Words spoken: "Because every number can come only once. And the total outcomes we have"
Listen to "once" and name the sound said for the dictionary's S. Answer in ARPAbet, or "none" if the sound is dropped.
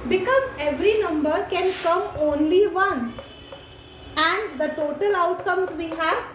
none